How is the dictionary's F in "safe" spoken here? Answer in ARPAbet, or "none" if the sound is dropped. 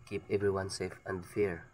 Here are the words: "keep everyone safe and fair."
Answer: F